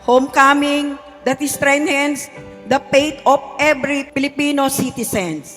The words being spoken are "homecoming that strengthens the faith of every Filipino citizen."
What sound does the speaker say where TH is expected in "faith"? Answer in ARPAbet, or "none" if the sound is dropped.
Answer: T